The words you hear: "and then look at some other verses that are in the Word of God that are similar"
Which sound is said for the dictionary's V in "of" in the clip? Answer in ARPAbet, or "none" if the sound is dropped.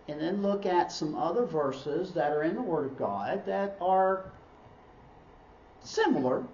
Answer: V